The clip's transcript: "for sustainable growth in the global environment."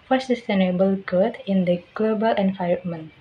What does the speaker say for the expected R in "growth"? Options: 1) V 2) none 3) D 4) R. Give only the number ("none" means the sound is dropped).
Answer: 2